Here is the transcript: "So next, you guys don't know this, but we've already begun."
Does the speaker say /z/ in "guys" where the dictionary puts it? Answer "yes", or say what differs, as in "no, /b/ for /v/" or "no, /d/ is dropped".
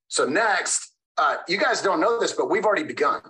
yes